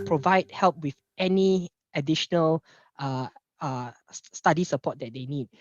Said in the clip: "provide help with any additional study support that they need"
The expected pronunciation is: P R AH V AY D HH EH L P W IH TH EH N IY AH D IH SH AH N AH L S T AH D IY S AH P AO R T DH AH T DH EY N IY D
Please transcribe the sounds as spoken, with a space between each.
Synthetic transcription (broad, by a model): P R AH V AY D HH EH L P W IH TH EH N IY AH D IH SH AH N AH L S T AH D IY S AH P AO T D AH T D EY N IY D